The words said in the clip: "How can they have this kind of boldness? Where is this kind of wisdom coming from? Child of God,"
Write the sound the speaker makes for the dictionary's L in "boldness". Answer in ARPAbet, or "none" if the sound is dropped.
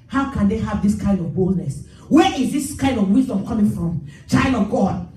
L